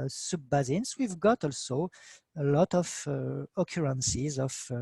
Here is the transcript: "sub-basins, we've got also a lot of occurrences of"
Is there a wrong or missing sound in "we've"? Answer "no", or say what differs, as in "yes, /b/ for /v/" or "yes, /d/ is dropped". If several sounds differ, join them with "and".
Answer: no